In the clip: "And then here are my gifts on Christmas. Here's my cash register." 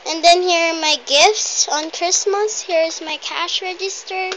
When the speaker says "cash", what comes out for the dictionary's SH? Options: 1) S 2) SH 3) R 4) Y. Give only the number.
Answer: 2